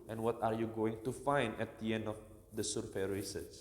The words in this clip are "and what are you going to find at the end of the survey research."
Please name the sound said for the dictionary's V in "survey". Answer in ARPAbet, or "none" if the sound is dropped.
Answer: F